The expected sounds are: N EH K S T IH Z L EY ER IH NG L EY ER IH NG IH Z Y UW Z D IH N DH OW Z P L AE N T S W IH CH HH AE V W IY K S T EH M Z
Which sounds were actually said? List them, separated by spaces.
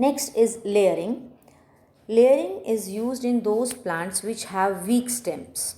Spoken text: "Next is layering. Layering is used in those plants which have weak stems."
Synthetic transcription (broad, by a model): N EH K S T IH Z L EY ER IH NG L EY ER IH NG IH Z Y UW Z D IH N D OW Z P L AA N T S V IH CH HH AE V IY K S T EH M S